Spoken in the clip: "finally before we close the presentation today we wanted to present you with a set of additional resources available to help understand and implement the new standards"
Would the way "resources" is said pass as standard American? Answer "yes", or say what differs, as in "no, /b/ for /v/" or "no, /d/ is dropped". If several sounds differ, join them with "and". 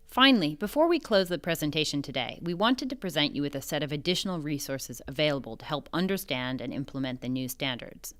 yes